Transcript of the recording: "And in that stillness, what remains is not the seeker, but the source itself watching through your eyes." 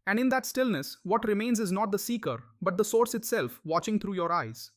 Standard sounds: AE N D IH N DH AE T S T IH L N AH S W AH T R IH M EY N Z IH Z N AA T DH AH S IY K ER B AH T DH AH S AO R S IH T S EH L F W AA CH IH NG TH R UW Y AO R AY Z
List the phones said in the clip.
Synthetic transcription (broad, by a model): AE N D IH N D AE T S T IH L N AH S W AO T R IH M EY N Z IH Z N AA T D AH S IY K ER B AH T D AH S AO R S IH T S EH L F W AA CH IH NG T R UW Y AO R AY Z